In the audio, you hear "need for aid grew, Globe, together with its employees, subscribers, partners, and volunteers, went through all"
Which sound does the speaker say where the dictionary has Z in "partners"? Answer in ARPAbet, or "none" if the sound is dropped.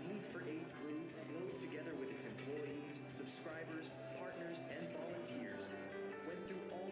Z